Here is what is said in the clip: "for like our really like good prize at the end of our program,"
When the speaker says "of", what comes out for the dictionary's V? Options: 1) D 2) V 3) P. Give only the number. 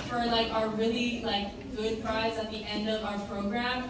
2